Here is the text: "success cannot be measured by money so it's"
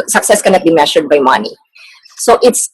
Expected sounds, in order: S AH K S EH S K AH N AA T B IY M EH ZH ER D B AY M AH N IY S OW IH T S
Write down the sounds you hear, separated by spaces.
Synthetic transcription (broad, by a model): S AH K S EH S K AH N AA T B IY M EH SH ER D B AY M AH N IY S OW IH T S